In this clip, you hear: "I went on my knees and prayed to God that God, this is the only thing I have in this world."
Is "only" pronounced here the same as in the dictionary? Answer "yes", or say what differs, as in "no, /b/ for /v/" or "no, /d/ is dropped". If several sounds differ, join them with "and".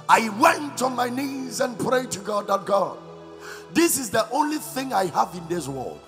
yes